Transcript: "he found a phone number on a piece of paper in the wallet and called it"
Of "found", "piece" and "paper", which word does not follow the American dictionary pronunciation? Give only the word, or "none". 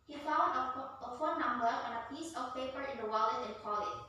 found